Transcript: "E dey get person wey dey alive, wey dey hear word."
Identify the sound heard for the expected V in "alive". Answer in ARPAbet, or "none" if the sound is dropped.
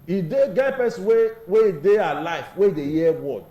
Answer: F